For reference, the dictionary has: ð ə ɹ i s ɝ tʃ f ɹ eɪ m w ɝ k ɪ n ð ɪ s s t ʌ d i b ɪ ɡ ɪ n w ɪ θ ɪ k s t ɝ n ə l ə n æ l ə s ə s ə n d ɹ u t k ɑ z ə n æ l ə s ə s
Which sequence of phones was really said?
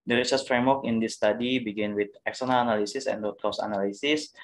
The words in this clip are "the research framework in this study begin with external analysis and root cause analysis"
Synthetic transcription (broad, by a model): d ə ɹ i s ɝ s f ɹ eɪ m w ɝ k ɪ n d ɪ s s t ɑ d i b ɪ ɡ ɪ n w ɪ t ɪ k s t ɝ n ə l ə n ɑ l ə s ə s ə n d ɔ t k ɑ s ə n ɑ l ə s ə s